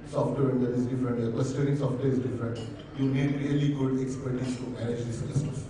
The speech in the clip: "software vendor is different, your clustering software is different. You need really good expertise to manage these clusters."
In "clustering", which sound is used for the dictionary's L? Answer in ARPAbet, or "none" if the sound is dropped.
none